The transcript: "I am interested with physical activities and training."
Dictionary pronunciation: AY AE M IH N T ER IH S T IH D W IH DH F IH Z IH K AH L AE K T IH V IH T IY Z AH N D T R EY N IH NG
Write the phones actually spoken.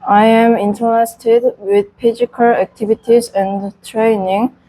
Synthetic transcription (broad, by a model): AY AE M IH N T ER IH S T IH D W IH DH P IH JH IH K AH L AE K T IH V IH T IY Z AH N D T R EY N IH NG